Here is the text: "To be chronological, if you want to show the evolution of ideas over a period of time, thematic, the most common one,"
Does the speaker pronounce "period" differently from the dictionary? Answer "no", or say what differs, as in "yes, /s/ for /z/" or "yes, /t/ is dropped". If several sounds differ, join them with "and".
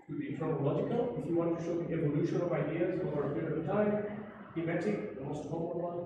yes, /d/ is dropped